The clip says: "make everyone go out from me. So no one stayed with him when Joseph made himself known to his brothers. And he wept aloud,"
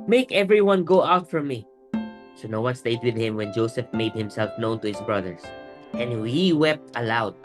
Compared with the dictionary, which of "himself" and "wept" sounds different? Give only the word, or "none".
none